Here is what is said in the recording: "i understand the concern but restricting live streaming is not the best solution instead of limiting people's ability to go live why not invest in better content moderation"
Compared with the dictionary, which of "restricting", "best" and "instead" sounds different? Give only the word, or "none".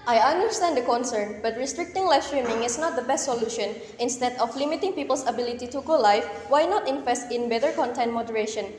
none